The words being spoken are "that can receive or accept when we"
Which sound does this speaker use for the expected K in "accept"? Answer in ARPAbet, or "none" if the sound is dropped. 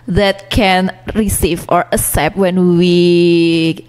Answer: none